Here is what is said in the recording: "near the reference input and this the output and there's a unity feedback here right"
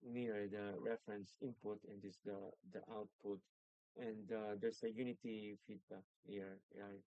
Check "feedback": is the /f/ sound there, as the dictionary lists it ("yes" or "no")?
yes